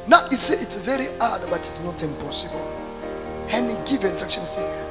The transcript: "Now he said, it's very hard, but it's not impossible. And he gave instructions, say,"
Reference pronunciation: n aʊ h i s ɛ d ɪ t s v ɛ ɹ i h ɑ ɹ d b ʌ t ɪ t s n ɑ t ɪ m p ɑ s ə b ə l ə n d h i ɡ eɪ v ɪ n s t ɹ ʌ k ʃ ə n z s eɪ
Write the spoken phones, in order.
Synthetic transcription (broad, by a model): n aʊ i s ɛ ɪ t s v ɛ ɹ i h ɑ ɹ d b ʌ t ɪ t s n ɑ t ɪ m p ɑ s ə b ə l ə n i ɡ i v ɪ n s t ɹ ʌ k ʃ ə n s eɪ